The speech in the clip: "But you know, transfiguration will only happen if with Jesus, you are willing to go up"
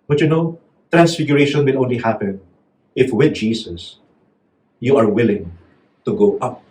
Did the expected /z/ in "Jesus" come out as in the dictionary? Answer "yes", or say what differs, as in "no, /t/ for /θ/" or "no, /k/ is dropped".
no, /s/ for /z/